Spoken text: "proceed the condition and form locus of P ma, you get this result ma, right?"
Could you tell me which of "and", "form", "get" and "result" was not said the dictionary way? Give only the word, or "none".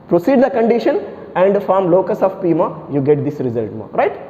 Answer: none